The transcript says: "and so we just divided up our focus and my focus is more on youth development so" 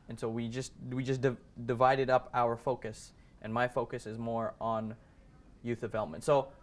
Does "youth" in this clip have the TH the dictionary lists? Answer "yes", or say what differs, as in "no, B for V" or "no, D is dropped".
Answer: yes